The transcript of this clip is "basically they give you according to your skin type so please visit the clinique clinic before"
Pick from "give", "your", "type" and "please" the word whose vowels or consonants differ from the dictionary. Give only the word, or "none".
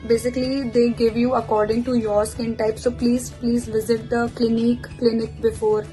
none